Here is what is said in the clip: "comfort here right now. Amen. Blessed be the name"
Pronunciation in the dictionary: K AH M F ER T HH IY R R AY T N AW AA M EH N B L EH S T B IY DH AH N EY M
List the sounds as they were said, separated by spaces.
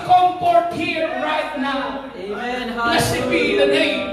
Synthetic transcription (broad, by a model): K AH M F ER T HH IY R R AY T N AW AA UH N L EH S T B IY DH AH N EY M